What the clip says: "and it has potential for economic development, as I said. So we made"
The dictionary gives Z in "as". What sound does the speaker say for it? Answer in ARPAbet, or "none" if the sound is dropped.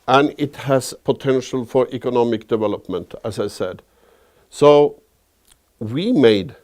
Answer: S